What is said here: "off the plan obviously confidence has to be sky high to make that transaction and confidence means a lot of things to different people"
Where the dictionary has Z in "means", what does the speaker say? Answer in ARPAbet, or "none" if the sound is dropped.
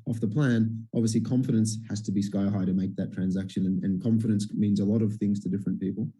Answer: Z